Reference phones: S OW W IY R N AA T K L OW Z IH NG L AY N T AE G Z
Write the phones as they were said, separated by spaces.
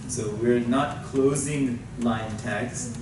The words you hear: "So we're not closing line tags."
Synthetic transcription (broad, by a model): S OW W IY R N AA T K L OW Z IH NG L AY N T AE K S